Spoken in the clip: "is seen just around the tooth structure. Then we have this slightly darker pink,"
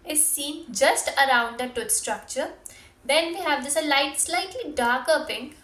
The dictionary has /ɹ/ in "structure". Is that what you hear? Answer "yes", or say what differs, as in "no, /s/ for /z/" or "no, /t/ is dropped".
yes